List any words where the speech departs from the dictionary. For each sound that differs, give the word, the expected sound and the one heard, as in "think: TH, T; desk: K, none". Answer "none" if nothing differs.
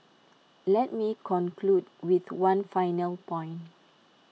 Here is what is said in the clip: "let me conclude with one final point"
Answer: point: T, none